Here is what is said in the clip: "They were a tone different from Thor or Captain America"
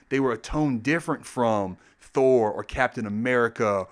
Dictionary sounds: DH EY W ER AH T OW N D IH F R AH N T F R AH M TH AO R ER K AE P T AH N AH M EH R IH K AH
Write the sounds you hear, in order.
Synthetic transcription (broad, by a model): DH EY W ER AH T OW N D IH F R AH N T F R AH M TH AO R ER K AE P T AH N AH M EH R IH K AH